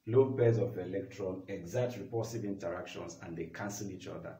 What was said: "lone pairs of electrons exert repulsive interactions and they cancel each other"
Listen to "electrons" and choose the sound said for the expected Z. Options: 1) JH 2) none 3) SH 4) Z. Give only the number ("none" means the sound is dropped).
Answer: 2